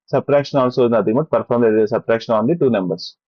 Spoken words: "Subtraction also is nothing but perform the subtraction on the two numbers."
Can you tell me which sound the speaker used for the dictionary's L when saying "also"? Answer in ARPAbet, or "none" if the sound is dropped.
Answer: N